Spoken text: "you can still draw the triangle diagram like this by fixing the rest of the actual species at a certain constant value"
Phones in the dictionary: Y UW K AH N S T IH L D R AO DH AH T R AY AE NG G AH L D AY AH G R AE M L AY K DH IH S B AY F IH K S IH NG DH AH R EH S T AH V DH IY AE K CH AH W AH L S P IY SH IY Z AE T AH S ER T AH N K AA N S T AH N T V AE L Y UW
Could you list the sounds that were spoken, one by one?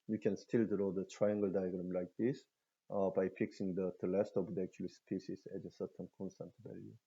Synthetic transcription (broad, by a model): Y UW K AH N S T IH L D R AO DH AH T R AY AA NG G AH L D AY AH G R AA M L AY K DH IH S B AY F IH K S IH NG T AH L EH S T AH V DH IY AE K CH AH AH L S P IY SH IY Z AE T AH S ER T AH N K AA N S T AH N T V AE L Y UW